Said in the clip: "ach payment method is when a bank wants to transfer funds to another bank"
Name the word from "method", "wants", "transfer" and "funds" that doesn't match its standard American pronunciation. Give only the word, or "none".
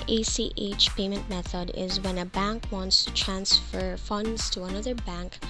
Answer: none